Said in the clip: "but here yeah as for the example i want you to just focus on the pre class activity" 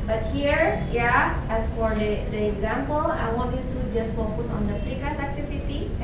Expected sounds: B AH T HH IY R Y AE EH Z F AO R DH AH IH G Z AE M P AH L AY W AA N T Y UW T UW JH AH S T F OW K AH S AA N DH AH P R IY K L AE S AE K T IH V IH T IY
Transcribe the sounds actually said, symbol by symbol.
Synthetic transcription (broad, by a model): B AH T HH IY R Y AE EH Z F AO R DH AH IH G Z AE M P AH L AY W AA N T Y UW T UW JH AH S T F OW K AH S AA N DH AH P IY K AA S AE K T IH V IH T IY